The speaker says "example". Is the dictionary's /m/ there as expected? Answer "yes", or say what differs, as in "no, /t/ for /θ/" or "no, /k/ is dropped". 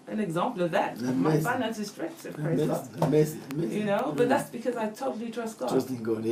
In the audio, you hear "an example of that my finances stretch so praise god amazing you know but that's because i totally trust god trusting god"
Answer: yes